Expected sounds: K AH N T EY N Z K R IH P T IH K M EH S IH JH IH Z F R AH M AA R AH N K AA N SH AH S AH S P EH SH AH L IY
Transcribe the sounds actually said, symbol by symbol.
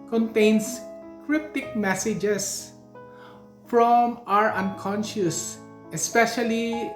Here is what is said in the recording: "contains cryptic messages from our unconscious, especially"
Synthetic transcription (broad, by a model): K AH N T EY N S K R IH P T IH K M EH S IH JH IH S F R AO M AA R AH N K AA N SH AH S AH S P EH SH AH L IY